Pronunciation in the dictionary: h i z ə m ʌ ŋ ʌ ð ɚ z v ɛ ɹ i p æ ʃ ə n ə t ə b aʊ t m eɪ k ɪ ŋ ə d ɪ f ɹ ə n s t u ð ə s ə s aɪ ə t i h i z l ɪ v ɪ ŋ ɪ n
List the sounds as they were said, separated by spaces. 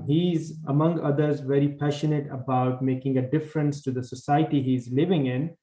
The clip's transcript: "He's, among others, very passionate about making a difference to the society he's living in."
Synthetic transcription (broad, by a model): h i z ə m ʌ ŋ ʌ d ɚ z v ɛ ɹ i p æ ʃ ə n ə t ə b aʊ t m eɪ k ɪ ŋ ə d ɪ f ɹ ə n s t u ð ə s ə s aɪ ə t i h i z l ɪ v ɪ ŋ ɪ n